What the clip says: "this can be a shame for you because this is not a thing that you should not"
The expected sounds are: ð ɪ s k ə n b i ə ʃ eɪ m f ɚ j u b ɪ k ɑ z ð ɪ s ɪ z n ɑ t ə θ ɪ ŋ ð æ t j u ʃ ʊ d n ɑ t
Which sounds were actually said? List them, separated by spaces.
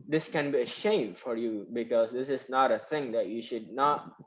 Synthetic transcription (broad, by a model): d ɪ s k ə n b i ə ʃ eɪ m f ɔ j u b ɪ k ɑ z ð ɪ s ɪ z n ɑ t ə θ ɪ ŋ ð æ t j u ʃ ʊ d n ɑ t